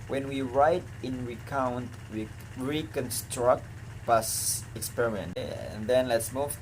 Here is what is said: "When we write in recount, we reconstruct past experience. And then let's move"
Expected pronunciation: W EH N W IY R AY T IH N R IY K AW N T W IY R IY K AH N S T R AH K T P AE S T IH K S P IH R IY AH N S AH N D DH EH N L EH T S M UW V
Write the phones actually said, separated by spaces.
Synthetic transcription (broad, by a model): W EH N W IY R AY T IH N R IY K AW N T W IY R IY K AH N S T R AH K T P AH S IH K S P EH R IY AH N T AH N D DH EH N L EH T S M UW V